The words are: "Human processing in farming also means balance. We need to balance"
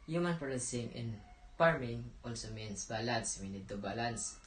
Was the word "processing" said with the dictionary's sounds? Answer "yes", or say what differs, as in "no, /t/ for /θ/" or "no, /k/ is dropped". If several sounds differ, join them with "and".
no, /ɹ/ is dropped